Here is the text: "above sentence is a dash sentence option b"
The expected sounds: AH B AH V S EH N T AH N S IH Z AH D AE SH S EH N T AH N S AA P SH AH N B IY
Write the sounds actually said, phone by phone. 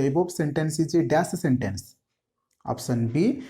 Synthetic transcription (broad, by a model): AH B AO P S EH N T AH N S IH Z AH D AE S S EH N T AH N S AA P S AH N B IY